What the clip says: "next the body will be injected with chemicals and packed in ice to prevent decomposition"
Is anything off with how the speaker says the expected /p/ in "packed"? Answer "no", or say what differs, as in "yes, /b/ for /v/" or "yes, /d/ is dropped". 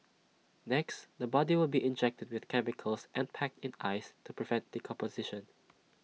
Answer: no